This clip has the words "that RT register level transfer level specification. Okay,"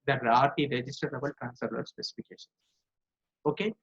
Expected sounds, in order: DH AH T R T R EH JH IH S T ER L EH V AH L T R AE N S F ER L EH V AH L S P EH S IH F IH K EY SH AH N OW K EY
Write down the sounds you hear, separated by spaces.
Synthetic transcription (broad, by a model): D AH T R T R EH JH IH S T ER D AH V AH L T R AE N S ER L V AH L S P EH S IH F IH K EY SH AH N OW K EY